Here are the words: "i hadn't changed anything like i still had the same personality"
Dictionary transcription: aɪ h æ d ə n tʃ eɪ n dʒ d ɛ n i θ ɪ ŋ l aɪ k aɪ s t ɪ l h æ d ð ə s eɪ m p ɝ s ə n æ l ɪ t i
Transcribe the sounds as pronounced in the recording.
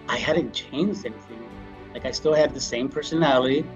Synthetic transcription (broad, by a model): aɪ h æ d n tʃ eɪ n dʒ d ɛ n i θ ɪ ŋ l aɪ k aɪ s t ɪ l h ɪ d ð ə s eɪ m p ɝ s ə n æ l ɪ t i